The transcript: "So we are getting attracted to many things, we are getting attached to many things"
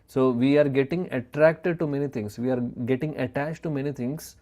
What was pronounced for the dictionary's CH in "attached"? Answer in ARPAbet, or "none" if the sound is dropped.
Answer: CH